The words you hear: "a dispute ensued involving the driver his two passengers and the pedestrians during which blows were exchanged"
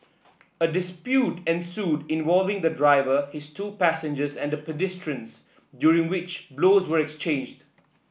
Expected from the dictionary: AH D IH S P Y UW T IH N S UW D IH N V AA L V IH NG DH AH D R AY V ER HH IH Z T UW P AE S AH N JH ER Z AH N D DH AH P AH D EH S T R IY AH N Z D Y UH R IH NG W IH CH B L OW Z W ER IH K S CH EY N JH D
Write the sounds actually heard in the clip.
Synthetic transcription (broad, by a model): AH D IH S P Y UW T IH N S UW D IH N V AA L V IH NG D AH D R AY V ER HH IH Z T UW P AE S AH N JH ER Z AH N D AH P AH D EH S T R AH N S D Y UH R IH NG W IH CH B L OW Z W ER IH K S CH EY N JH D